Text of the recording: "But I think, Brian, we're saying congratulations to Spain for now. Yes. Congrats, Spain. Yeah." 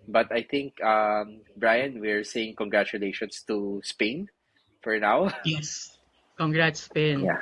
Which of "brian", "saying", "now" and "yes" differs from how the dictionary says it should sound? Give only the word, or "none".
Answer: none